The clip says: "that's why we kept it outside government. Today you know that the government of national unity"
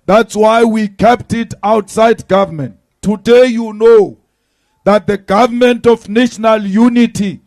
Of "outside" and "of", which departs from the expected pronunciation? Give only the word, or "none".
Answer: of